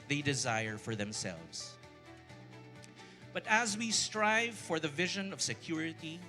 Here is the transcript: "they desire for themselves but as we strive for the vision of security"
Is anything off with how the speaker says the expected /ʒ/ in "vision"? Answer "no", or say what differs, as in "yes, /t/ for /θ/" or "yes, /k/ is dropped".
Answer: no